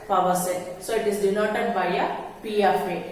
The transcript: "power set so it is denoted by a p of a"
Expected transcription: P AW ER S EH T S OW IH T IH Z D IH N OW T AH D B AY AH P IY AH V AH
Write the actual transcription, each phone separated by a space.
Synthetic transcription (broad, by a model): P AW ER S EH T S OW IH T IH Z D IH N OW T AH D B AY AH P IY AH F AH